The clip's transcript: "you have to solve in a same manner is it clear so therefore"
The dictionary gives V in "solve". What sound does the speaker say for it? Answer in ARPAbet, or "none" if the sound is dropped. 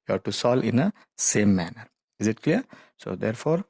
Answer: none